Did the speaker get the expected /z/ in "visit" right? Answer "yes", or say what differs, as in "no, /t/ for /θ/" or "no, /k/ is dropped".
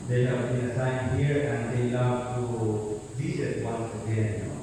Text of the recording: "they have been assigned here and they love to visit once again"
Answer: no, /s/ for /z/